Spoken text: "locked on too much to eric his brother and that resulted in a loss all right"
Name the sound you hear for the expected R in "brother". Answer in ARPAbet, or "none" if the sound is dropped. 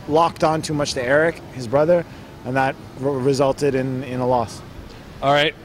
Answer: R